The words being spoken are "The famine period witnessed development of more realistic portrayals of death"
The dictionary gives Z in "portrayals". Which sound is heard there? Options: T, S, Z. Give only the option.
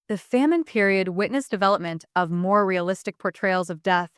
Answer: Z